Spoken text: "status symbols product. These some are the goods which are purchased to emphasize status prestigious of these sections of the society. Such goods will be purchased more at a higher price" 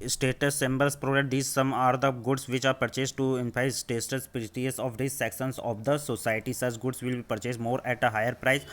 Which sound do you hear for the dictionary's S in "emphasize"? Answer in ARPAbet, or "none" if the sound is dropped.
none